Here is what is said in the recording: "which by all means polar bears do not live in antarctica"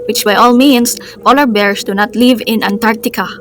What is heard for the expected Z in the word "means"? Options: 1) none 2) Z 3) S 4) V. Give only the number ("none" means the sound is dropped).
3